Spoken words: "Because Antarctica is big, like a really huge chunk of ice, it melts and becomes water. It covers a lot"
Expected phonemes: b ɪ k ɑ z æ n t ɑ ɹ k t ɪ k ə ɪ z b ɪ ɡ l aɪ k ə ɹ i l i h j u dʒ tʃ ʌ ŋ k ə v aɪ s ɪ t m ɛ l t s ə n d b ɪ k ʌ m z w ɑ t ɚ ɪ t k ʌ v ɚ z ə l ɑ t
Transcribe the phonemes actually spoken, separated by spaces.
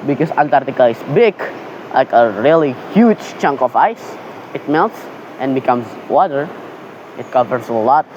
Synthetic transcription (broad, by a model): b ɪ k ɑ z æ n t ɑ ɹ t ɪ k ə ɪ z b ɪ ɡ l aɪ k ə ɹ i l i h j u dʒ tʃ ʌ ŋ k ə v aɪ s ɪ t m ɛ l t s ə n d b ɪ k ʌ m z w ɑ t ɚ ɪ t k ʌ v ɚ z ə l ɑ t